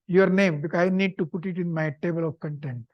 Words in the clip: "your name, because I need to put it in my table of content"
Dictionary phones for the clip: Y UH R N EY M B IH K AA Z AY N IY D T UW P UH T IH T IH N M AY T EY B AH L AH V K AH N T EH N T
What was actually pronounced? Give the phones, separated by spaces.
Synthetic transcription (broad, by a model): Y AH R N EY M B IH K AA IH N IY D T UW P UH T IH T IH N M AY T EY B AH L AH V K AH N T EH N T